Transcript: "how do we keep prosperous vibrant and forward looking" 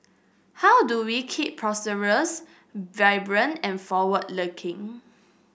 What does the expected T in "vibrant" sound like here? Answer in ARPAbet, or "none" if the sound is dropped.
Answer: none